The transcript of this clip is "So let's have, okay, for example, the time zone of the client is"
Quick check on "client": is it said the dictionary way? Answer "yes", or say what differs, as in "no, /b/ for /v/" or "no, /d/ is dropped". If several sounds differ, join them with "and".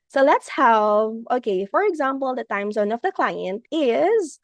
yes